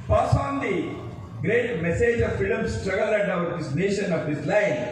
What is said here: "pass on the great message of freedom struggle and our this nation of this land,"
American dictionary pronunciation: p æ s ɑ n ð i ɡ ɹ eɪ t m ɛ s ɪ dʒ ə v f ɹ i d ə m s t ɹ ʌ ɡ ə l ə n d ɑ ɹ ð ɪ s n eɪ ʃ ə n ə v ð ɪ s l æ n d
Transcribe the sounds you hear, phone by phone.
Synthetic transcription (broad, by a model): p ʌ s ɑ n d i ɡ ɹ eɪ t m ɛ s ɪ dʒ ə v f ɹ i d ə m s t ɹ ʌ ɡ ə l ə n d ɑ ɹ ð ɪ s n eɪ ʃ ə n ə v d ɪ s l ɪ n